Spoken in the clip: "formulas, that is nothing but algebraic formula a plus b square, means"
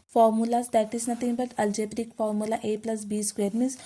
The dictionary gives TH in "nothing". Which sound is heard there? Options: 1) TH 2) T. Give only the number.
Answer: 2